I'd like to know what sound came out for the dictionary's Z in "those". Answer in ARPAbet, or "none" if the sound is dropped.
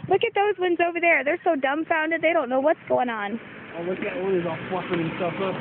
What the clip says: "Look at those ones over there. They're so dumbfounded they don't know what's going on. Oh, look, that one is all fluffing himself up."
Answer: Z